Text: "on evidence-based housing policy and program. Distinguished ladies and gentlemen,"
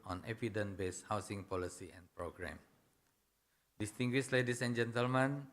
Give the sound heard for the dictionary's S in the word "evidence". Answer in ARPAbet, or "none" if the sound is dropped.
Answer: none